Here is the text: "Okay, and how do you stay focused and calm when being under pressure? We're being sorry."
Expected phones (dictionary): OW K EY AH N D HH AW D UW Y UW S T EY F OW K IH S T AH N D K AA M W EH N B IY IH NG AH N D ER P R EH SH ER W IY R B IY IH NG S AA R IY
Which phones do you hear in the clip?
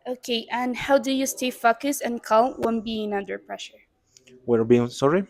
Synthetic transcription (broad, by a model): OW K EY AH N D HH AW D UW Y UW S T EY F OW K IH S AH N K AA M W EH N B IY IH NG AH N D ER P R EH SH ER W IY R B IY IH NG S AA R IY